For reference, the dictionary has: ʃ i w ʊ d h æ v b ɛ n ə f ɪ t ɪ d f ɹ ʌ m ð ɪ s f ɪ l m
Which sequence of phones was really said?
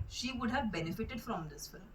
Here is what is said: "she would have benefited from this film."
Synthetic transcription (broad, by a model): ʃ i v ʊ d h æ v b ɛ n ə f ɪ t ɪ d f ɹ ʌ m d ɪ s f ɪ l m